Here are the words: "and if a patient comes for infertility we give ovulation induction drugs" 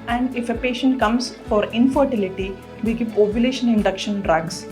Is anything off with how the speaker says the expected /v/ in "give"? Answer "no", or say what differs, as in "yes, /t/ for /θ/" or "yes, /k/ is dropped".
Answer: yes, /p/ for /v/